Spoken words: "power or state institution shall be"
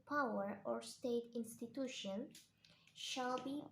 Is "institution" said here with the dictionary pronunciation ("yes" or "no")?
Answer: yes